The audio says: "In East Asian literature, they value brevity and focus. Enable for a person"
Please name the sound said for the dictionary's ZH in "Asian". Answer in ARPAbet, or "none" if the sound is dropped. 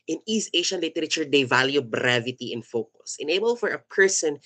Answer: SH